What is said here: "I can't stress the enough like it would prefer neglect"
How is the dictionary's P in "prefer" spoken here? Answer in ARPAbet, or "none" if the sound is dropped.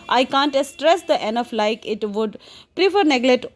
P